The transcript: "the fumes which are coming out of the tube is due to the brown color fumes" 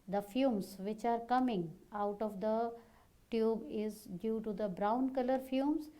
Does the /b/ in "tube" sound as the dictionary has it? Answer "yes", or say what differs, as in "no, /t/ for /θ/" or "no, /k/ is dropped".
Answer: yes